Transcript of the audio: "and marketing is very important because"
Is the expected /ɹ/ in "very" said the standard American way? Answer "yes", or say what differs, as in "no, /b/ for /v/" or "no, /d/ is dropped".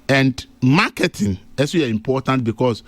no, /ɹ/ is dropped